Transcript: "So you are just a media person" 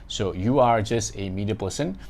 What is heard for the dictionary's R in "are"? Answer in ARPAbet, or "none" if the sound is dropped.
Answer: R